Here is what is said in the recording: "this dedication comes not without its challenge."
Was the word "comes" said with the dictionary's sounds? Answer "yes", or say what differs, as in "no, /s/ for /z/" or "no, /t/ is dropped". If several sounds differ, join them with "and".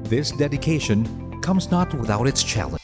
yes